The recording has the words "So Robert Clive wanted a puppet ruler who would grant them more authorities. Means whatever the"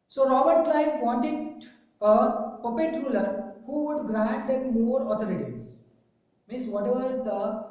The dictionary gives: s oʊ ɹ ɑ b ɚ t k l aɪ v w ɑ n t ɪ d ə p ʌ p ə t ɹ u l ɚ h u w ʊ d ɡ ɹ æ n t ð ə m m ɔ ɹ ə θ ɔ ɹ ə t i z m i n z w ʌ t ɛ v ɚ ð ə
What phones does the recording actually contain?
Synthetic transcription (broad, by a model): s oʊ ɹ ɑ b ɚ t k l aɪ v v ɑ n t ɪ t ə p ʌ p ə t ɹ u l ɚ h u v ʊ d ɡ ɹ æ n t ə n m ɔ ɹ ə t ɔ ɹ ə t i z m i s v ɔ t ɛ v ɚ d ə